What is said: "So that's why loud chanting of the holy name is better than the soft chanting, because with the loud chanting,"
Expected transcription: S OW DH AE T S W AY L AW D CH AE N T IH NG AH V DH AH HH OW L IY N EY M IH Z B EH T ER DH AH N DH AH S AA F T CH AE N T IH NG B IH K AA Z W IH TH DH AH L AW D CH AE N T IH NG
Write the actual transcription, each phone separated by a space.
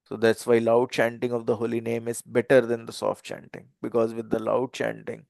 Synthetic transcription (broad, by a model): S OW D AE T S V AY L AW D CH AE N T IH NG AH V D AH HH OW L IY N EY M IH Z B EH T ER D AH N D AH S AA F T CH AE N T IH NG B IH K AA Z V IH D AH L AW D CH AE N T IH NG